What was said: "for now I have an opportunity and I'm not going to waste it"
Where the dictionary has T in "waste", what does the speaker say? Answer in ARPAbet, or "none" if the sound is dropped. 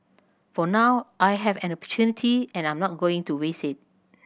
none